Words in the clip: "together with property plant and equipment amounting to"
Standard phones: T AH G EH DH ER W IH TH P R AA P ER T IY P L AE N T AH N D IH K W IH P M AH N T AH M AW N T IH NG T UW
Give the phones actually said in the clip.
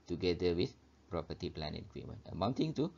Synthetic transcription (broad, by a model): T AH G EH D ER W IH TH P R AA P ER T IY P L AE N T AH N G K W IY M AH N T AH M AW N T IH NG T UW